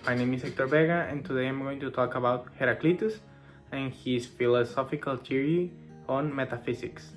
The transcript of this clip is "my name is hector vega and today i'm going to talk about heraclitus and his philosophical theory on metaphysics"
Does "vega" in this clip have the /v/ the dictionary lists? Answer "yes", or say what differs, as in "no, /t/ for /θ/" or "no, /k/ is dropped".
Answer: no, /b/ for /v/